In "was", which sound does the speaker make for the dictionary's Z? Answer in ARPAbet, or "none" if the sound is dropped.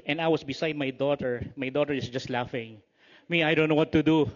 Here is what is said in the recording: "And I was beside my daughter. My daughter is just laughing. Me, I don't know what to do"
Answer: S